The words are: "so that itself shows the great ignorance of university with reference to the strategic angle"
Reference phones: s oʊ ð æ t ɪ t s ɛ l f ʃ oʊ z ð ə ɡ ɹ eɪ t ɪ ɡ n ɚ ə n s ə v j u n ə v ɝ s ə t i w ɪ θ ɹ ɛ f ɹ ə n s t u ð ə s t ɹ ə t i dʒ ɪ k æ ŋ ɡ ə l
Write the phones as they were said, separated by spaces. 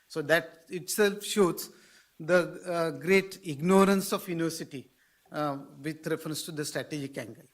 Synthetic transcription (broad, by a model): s oʊ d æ t ɪ t s ɛ l f ʃ oʊ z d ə ɡ ɹ eɪ t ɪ ɡ n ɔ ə n s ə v j u n ə v ɝ s ə t i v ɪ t ɹ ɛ f ɹ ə n s t u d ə s t ɹ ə t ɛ dʒ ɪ k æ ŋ ɡ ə l